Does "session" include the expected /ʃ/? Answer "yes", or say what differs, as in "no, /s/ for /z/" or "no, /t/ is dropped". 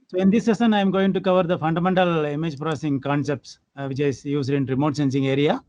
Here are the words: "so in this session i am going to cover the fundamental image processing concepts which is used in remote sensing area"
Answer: no, /s/ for /ʃ/